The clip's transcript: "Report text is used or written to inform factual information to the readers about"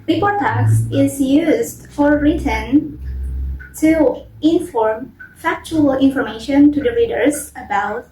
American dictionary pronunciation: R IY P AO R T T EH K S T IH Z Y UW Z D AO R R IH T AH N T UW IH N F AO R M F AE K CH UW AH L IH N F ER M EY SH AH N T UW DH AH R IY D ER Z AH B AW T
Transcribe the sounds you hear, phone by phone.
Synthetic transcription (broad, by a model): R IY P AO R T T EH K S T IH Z Y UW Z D AO R R IH T AH N T UW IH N F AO R M F AE K CH UW AH L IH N F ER M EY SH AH N T UW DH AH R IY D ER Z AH B AW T